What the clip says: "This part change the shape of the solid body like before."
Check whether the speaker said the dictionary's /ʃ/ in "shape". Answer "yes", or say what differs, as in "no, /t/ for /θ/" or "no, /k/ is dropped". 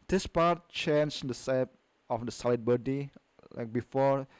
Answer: no, /s/ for /ʃ/